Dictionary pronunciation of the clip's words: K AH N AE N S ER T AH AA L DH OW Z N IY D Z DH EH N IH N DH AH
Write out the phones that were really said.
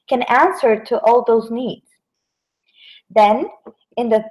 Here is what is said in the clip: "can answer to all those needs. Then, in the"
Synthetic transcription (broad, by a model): K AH N AE N S ER T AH AA L DH OW Z N IY D Z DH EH N IH N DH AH